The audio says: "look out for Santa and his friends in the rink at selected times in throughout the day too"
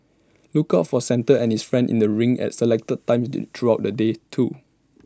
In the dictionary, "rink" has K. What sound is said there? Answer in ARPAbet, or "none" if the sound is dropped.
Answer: none